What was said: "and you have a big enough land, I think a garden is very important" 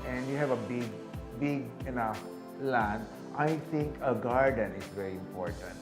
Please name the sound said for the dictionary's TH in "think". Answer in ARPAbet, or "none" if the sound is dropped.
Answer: T